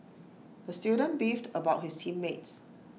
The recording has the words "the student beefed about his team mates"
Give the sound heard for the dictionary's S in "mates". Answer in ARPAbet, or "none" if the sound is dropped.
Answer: S